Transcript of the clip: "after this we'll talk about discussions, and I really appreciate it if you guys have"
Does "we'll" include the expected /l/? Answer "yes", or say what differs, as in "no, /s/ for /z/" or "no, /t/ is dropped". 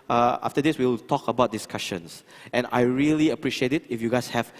no, /w/ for /l/